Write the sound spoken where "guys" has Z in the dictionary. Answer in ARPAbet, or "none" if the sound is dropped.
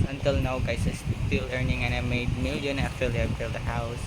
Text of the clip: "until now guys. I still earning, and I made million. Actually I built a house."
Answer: S